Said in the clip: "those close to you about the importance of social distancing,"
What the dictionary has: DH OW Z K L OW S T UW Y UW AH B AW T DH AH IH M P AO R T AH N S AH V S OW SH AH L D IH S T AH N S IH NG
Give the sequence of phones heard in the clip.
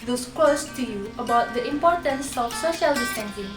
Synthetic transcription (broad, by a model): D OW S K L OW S T UW Y UW AH B AW T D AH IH M P AO T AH N S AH F S OW SH AH L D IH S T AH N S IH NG